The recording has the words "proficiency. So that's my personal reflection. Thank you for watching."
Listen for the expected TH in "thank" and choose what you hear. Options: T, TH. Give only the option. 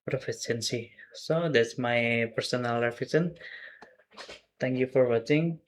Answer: T